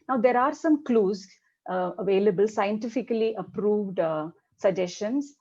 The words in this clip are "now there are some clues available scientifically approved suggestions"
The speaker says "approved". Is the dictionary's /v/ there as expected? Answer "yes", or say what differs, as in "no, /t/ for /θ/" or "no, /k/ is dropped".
yes